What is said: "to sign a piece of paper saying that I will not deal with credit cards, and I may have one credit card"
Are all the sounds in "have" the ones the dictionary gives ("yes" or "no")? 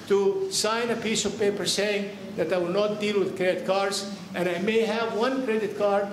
yes